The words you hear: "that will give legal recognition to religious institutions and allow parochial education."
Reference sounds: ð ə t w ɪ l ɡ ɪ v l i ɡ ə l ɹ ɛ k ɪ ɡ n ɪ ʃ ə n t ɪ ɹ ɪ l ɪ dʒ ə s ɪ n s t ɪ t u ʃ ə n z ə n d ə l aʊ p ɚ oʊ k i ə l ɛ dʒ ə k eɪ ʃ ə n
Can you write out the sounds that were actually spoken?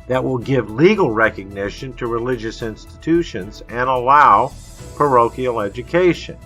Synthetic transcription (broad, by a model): ð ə t w ɪ l ɡ ɪ v l i ɡ l ɹ ɛ k ɪ ɡ n ɪ ʃ ə n t ɪ ɹ ɪ l ɪ dʒ ə s ɪ n s t ɪ t u ʃ ə n z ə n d ə l aʊ p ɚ oʊ k i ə l ɛ dʒ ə k eɪ ʃ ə n